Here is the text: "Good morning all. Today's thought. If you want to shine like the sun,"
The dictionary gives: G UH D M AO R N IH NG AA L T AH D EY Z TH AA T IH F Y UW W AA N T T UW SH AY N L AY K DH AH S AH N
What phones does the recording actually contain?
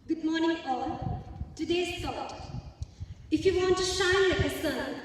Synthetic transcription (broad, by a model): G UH D M AO R N IH NG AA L T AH D EY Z S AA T IH F Y UW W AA N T T UW SH AY N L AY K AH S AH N